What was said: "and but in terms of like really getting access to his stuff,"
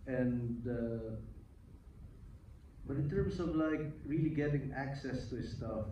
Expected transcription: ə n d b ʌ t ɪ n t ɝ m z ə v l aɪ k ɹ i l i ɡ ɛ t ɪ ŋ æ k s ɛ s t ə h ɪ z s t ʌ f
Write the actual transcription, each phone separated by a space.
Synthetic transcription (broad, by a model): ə n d b ʌ t ɪ n t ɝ m s ə v l aɪ k ɹ i l i ɡ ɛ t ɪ ŋ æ k s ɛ s t ə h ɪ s t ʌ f